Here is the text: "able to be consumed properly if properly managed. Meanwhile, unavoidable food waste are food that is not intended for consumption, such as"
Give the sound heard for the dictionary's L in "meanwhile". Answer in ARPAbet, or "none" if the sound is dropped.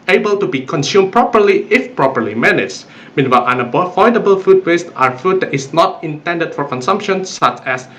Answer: N